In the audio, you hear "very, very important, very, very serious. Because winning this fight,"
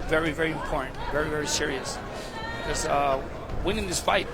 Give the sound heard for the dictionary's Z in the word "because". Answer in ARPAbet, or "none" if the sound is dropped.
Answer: none